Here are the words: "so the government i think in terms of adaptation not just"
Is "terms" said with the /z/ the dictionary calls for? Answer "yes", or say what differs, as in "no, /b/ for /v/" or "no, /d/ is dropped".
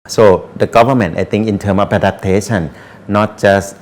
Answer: no, /z/ is dropped